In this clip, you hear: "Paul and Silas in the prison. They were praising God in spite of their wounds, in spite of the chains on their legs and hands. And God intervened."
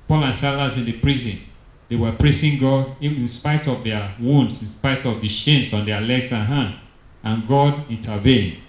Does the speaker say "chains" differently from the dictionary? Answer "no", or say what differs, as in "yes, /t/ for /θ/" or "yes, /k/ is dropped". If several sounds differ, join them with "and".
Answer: yes, /ʃ/ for /tʃ/